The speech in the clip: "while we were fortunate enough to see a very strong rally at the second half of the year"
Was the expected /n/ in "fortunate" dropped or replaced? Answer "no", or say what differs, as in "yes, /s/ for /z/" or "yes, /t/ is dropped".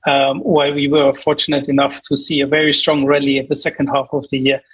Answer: no